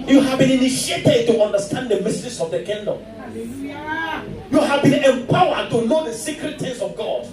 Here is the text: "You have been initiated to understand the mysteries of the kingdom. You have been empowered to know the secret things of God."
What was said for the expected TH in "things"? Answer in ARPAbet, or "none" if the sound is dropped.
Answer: T